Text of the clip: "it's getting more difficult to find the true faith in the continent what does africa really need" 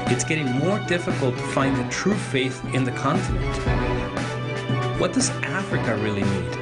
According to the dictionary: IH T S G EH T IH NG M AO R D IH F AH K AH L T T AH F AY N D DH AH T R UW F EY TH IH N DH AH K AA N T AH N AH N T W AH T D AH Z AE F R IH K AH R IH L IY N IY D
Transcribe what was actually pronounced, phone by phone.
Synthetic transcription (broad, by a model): IH T S G EH T IH NG M AO R D IH F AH K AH L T T AH F AY N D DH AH T R UW F EY TH IH N DH AH K AA N T AH N AH N T W AH T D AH Z AE F R IH K AH R IH L IY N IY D